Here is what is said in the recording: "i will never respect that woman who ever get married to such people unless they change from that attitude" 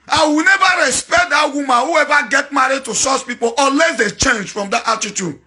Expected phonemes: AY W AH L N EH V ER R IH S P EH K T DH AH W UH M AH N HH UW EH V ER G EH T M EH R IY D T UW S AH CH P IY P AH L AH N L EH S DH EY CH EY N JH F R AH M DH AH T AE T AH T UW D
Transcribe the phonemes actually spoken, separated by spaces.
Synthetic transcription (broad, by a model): AY W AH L N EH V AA R IH S P EH K T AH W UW M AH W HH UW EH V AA G EH T M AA R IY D T UW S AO S P IY P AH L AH L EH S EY CH EY N JH F R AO M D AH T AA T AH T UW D